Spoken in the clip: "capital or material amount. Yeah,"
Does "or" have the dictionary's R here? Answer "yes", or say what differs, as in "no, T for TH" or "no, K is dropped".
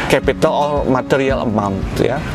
no, L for R